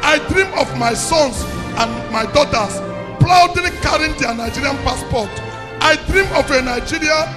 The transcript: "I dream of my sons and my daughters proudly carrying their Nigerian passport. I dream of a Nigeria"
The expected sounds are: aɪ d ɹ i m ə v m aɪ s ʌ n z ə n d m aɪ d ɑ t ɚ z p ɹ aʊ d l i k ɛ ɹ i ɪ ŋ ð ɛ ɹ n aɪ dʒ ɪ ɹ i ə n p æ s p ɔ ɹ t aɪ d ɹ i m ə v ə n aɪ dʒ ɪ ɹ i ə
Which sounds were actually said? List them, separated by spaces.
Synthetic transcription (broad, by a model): aɪ d ɹ i m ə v m aɪ s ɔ n s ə n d m aɪ d ɑ t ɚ s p l aʊ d i k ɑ ɹ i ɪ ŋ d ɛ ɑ n aɪ dʒ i ɹ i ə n p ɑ s p ɔ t t aɪ d ɹ i m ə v ə n aɪ dʒ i ɹ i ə